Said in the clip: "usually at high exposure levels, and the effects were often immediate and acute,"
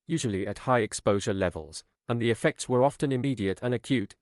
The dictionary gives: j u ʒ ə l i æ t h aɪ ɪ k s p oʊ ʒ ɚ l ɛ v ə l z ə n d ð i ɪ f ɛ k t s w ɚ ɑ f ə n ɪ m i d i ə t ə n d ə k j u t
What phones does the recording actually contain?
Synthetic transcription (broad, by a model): j u ʒ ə l i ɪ t h aɪ ɪ k s p oʊ ʒ ɚ l ɛ v ə l z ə n ð i ɪ f ɛ k t s w ɚ ɑ f ə n ɪ m i d i ə t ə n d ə k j u t